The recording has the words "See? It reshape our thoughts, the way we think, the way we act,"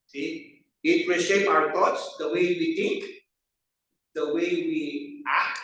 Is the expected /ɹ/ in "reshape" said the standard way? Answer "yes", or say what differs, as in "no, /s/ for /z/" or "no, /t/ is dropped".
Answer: no, /w/ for /ɹ/